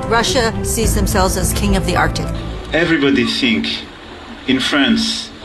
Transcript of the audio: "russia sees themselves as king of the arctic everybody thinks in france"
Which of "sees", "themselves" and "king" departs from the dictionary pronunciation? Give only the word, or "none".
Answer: none